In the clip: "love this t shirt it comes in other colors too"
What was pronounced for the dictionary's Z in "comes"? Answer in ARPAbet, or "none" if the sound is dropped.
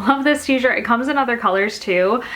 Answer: Z